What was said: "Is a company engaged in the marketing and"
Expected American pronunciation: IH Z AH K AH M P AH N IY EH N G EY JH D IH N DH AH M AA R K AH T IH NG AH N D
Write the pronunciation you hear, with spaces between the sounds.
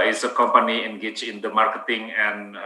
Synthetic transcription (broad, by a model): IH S AH K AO M P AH N IY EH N G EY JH IH N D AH M AA R K AH T IH NG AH N